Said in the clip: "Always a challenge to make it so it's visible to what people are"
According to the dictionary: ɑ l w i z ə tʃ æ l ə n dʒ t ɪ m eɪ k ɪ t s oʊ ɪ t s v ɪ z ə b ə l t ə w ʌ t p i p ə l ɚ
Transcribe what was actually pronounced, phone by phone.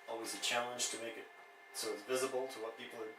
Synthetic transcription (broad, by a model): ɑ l w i z ə tʃ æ l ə n ʒ t ɪ m eɪ k ɪ t s oʊ ɪ t s v ɪ z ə b l t ə w ʌ t p i p l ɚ